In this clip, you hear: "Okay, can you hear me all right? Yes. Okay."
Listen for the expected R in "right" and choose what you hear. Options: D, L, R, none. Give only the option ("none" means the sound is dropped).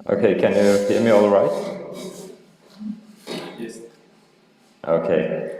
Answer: R